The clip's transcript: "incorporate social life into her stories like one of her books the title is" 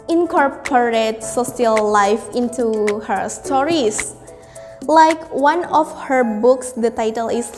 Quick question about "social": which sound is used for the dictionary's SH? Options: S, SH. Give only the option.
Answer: S